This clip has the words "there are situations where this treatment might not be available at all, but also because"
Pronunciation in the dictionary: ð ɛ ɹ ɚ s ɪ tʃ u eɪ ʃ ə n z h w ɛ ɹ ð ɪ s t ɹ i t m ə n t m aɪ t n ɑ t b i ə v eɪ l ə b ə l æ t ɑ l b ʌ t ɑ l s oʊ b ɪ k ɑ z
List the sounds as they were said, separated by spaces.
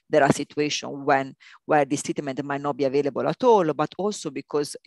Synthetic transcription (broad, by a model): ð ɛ ɹ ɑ s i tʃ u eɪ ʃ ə n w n w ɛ ɹ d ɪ s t i t m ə n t m aɪ t n ɑ t b i ə v eɪ l ə b ə l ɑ t ɑ l b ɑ t ɑ l s oʊ b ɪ k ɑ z